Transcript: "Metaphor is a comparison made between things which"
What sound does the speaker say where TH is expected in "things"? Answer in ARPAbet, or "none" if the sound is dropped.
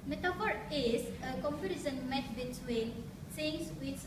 S